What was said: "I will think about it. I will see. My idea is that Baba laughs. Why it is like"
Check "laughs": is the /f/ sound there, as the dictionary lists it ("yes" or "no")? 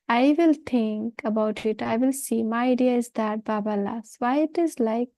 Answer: no